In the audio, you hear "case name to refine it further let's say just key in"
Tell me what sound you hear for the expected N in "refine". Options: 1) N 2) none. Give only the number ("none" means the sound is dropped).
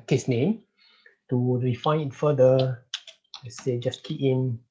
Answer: 2